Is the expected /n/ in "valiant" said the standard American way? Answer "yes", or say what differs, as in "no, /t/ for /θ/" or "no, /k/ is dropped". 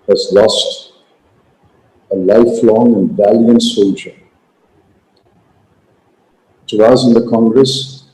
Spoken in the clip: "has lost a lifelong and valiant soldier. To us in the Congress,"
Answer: yes